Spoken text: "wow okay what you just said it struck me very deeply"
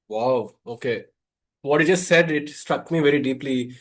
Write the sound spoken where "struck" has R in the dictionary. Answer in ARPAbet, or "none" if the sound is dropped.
R